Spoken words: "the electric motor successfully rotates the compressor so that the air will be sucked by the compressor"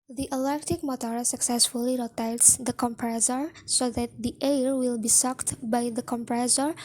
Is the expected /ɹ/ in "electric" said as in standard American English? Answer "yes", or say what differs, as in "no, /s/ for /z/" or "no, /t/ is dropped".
no, /ɹ/ is dropped